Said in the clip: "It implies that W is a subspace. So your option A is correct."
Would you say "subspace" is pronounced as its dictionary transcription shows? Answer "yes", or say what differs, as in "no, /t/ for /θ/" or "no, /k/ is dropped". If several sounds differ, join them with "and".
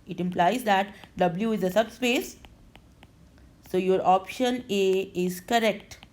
yes